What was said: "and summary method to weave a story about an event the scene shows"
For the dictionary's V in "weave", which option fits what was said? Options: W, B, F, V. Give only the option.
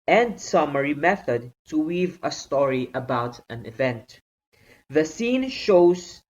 V